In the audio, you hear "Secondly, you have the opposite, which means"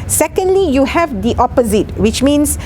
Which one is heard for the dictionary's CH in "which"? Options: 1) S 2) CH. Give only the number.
2